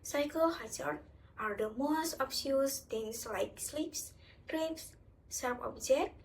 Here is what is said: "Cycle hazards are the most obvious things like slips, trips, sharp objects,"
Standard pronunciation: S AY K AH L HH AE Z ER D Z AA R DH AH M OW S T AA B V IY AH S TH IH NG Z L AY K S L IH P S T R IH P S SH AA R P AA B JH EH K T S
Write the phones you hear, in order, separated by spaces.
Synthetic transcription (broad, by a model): S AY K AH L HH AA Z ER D AA R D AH M OW S T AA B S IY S T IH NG S L AY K S L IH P S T R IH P S S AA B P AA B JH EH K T